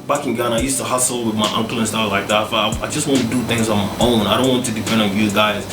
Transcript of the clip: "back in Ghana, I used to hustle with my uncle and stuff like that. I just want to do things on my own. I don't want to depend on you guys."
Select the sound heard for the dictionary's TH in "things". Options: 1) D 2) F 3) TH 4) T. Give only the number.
3